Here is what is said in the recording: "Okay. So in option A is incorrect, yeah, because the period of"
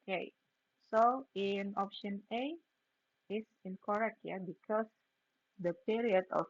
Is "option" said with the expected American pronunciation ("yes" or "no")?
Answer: yes